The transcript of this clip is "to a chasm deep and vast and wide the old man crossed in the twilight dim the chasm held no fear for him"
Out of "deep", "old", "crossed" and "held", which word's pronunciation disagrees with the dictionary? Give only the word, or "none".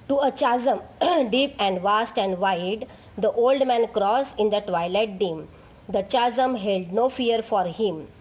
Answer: crossed